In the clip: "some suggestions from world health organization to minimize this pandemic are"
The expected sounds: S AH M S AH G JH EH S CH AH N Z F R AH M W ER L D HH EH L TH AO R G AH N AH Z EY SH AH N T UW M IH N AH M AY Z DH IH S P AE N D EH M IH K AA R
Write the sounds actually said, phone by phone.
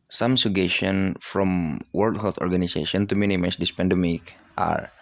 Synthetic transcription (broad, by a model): S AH M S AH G EH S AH N F R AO M W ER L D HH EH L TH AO R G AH N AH S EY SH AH N T UW M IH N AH M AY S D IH S P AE N D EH M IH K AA R